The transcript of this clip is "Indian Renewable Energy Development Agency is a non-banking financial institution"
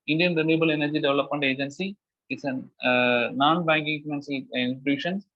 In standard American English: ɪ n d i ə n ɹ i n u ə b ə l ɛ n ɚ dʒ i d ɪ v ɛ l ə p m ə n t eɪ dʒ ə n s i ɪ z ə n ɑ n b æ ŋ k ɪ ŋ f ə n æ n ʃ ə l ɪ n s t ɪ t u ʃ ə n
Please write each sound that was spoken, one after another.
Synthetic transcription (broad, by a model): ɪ n d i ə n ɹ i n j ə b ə l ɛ n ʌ dʒ i d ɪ v l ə p m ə n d eɪ dʒ ə n s i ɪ s ə n ɑ n b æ ŋ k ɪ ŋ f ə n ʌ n s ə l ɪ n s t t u ʃ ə n